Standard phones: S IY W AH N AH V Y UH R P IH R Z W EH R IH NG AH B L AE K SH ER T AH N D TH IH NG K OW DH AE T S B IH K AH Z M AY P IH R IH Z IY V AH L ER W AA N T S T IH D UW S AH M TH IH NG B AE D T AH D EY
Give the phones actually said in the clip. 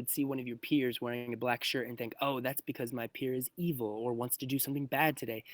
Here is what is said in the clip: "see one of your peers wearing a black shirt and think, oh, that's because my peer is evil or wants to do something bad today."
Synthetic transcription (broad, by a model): S IY W AH N AH V Y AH R P IH R Z W EH R IH NG AH B L AE K SH ER T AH N TH IH NG K OW DH AE T S B IH K AH Z M AY P IH R IH Z IY V L ER W AA N T S T IH D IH S AH M TH IH NG B AE D T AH D EY